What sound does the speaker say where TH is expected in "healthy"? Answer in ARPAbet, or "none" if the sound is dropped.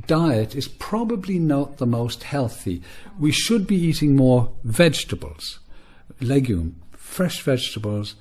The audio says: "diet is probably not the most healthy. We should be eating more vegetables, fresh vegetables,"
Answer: TH